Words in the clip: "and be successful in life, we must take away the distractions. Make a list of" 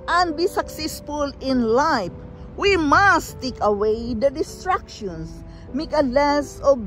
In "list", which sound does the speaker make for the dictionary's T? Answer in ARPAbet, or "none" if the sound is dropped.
none